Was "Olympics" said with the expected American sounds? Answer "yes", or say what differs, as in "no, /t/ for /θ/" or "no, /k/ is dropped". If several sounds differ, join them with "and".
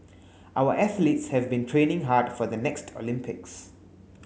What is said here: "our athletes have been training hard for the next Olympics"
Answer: yes